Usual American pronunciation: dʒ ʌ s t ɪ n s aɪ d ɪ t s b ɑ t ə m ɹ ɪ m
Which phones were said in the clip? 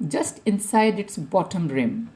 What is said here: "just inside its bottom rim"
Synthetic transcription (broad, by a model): dʒ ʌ s t ɪ n s aɪ d ɪ t s b ɑ t ə m ɹ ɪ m